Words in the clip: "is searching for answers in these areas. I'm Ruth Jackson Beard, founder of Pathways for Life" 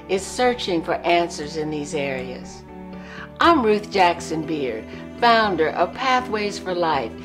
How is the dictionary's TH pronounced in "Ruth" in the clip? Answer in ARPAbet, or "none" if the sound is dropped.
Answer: TH